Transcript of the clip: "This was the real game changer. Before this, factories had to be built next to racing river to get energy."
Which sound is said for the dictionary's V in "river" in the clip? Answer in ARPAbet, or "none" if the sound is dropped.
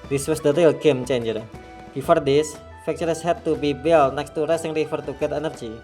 F